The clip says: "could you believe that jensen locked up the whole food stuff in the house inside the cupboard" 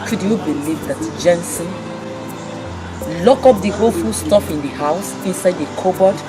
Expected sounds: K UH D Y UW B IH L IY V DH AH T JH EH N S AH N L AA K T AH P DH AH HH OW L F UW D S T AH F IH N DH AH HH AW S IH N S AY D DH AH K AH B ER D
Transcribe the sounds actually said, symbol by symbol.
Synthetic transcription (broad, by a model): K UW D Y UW B IH L IY V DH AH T JH EH N S AH N L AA K AO P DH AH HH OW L F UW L S T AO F IH N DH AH HH AW S IH N S AY D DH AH K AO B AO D